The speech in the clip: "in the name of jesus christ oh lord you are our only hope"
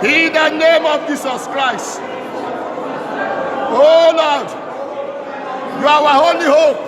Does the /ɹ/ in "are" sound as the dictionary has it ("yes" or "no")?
no